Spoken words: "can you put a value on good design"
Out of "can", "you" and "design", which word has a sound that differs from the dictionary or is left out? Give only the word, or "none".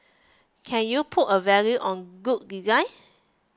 design